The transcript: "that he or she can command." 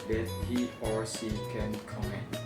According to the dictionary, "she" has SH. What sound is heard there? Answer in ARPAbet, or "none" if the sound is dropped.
S